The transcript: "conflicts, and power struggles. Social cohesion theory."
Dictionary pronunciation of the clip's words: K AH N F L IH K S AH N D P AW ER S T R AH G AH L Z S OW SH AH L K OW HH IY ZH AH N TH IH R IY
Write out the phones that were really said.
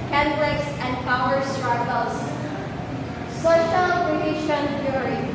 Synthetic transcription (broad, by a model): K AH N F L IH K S AH N D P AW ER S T R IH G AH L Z S OW SH AH L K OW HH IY SH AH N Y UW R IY